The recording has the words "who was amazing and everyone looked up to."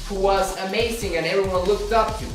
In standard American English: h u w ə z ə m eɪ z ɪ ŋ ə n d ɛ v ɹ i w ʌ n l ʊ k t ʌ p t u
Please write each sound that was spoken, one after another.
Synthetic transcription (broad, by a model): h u w ə z ə m eɪ z ɪ ŋ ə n ɛ v ɹ i w ʌ n l ʊ k t ʌ p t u